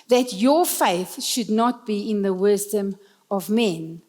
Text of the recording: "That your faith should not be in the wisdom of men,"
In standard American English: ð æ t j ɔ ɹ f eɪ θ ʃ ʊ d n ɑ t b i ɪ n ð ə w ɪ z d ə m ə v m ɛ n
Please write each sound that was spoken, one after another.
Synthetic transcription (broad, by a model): ð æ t j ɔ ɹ f eɪ θ ʃ ʊ d n ɑ t b i ɪ n ð ə w ɪ z d ə m ə v m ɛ n